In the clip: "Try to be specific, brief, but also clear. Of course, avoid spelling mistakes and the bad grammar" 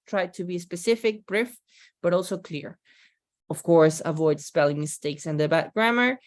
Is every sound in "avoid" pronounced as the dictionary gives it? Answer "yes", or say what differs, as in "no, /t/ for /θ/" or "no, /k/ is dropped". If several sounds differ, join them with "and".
yes